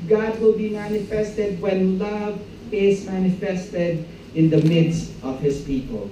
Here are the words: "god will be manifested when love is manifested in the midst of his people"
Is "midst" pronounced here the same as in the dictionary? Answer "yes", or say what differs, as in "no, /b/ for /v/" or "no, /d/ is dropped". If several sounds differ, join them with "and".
yes